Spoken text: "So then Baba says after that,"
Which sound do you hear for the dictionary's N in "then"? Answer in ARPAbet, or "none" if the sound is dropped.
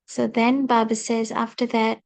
N